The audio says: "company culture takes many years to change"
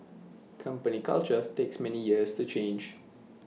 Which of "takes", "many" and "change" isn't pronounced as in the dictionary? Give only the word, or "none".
none